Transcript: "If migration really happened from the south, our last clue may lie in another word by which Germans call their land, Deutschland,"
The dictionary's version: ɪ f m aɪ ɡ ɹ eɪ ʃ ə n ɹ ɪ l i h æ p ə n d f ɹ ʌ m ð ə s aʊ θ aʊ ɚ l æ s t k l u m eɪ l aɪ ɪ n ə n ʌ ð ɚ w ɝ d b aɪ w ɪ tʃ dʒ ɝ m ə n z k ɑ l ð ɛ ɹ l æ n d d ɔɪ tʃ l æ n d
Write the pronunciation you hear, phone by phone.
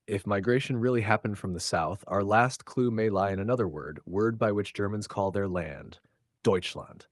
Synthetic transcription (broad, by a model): ɪ f m aɪ ɡ ɹ eɪ ʃ ə n ɹ ɪ l i h æ p ə n d f ɹ ʌ m ð ə s aʊ θ aʊ ɚ l æ s t k l u m eɪ l aɪ ɪ n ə n ʌ ð ɚ w ɝ d b aɪ w ɪ tʃ dʒ ɝ m ə n z k ɑ l ð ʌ ɹ l æ n d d ɔɪ tʃ l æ n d